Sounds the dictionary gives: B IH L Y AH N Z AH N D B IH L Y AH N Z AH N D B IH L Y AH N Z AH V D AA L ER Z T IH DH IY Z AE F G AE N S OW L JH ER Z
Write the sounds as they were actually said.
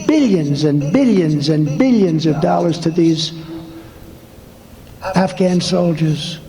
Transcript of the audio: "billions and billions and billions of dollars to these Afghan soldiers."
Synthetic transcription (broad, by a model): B IH L Y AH N Z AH N B IH L Y AH N Z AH N B IH L Y AH N Z AH V D AA L ER Z T IH DH IY Z AE F G AE N S OW L JH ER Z